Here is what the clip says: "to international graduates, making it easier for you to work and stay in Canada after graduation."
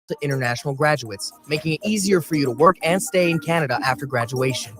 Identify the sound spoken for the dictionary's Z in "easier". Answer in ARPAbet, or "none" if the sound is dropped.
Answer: Z